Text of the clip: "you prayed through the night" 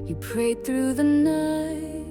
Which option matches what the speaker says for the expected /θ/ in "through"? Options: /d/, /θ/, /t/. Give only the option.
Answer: /θ/